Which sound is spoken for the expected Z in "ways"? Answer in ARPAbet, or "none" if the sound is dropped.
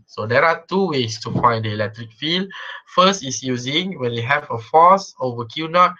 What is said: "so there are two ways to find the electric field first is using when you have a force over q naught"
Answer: S